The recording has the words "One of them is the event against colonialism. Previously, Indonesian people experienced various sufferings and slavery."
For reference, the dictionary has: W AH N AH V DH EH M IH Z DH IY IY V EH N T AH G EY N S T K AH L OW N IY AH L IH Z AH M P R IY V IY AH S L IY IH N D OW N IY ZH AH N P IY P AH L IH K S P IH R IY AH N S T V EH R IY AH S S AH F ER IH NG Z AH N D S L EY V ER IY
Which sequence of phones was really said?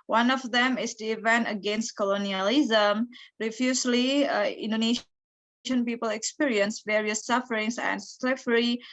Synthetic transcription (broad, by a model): W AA N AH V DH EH M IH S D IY IY V EH N T AH G EY N S T K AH L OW N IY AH L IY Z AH M R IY F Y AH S L IY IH N D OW N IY SH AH N P IY P AH L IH K S P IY R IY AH N S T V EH R IY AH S S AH F ER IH NG S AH N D S L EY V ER IY